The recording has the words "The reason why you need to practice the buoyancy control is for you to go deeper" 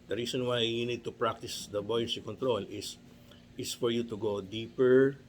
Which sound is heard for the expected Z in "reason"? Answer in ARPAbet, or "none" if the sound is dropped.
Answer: S